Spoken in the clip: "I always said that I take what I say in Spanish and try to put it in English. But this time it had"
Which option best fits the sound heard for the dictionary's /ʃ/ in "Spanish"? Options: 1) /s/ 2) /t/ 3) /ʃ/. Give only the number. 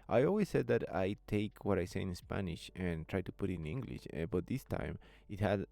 3